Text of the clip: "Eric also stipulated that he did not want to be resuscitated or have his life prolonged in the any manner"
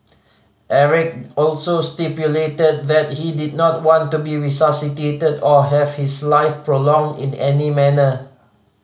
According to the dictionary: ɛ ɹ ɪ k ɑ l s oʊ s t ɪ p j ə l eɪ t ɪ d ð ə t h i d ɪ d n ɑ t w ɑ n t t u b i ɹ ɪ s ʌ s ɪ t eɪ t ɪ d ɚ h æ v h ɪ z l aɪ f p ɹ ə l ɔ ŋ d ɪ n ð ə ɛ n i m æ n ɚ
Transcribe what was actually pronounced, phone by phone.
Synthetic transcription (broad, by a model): ɛ ɹ ɪ k ɑ l s oʊ s t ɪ p j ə l eɪ t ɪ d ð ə t h i d ɪ d n ɑ t w ɑ n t t u b i ɹ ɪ s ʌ s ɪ t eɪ t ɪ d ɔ h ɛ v h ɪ s l aɪ f p ɹ ə l ɔ ŋ d ɪ n ɛ n i m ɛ n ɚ